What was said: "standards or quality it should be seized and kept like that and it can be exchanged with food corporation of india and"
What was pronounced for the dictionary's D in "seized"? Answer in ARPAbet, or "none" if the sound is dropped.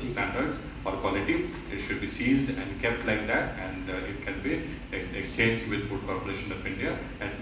D